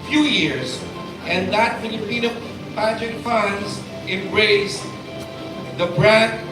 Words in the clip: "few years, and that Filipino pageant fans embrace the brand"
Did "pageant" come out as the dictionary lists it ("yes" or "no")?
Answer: no